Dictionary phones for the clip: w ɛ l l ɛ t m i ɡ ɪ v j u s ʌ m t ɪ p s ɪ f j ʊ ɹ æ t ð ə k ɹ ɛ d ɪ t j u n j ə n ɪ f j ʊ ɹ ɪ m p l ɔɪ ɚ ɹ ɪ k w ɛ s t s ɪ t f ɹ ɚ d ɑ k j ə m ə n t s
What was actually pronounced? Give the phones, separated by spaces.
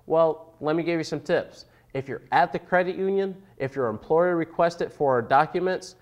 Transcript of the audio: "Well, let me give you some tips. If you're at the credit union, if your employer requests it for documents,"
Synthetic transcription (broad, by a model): w ɛ l l ɛ t m i ɡ ɪ v j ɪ s ʌ m t ɪ p s ɪ f j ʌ ɹ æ t ð ə k ɹ ɛ d ɪ t j u n j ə n ɪ f j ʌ ɹ ɪ m p l ɔɪ ɚ ɹ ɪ k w ɛ s t ɪ t f ɹ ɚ d ɑ k j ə m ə n t s